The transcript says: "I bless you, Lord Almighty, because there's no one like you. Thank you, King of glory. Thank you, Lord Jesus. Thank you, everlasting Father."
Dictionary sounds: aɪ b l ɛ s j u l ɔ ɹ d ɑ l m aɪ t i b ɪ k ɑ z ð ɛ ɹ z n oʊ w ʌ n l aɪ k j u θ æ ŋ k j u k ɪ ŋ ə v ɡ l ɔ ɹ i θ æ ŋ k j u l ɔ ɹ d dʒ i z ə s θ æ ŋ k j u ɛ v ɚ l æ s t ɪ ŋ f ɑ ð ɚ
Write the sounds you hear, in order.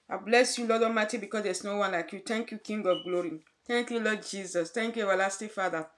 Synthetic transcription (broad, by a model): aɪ b l ɛ s j u l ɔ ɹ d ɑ m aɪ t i b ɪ k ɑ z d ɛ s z n oʊ w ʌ n l aɪ k j u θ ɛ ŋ k j u k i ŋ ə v ɡ l ɔ ɹ i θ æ ŋ k j u l ɔ d dʒ i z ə s t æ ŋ k j u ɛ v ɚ l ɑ s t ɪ f ɑ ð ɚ